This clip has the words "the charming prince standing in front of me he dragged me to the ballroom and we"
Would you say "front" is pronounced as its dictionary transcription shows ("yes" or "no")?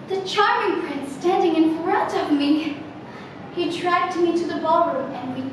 no